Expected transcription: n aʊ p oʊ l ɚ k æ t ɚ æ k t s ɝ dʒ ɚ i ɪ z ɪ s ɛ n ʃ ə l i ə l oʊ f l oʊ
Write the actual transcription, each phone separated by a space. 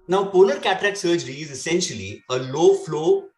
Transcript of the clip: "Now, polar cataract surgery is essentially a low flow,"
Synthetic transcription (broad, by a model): n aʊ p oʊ n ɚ k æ t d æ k s ɝ dʒ ɚ i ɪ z ɪ s ɛ n ʃ ə l i ə l oʊ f l oʊ